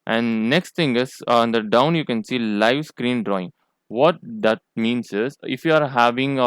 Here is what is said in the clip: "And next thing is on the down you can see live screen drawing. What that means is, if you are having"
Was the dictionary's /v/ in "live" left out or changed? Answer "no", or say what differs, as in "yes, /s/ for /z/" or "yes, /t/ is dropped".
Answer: no